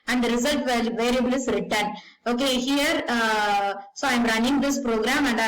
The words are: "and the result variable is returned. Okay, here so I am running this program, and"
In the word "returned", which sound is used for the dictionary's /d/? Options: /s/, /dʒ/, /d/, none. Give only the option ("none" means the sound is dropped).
none